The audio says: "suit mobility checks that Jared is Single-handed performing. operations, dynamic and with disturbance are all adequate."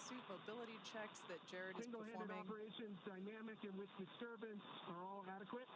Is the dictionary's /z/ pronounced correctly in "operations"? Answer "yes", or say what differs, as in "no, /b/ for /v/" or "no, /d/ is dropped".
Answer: yes